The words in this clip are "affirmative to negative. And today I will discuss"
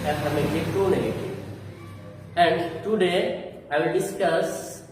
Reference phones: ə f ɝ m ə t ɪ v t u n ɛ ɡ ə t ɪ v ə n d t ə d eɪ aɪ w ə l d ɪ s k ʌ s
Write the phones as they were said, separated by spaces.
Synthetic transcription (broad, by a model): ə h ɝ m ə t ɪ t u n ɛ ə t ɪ ə n d t ə d eɪ aɪ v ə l d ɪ s k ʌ s